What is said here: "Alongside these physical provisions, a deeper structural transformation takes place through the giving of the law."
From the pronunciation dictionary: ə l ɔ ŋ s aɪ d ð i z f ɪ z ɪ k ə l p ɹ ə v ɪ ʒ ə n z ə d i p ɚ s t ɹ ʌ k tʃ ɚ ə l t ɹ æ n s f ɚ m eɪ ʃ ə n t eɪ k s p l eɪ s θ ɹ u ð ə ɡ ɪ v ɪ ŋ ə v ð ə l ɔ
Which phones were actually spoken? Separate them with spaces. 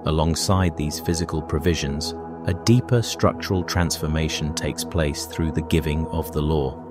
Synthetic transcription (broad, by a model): ə l ɔ ŋ s aɪ d ð i z f ɪ z ɪ k ə l p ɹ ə v ɪ ʒ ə n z ə d i p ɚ s t ɹ ʌ k tʃ ɚ ə l t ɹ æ n s f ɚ m eɪ ʃ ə n t eɪ k s p l eɪ s θ ɹ u ð ə ɡ ɪ v ɪ ŋ ə v ð ə l ɔ